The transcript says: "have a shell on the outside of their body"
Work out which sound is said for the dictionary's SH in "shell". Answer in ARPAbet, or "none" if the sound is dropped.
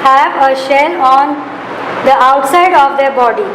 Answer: SH